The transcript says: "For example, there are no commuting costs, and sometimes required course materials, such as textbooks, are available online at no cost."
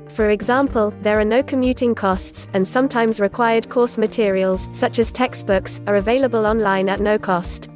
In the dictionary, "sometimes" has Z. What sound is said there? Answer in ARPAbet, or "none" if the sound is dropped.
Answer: Z